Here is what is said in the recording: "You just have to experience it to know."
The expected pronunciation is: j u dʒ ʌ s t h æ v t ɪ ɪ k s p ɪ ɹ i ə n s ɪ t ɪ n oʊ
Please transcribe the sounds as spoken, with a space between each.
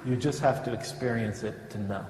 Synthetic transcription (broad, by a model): j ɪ dʒ ʌ s t h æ f t ɪ ɪ k s p ɪ ɹ i ə n s ɪ t ɪ n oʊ